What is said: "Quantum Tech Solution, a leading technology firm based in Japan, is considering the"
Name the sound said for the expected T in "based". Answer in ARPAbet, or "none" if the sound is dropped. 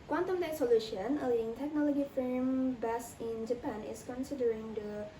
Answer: none